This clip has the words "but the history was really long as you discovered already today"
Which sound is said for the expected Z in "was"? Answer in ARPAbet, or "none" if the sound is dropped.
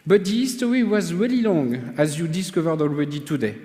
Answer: Z